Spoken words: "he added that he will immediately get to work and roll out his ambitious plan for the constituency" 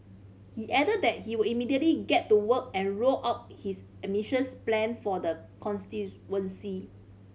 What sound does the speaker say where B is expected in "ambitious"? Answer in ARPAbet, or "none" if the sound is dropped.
none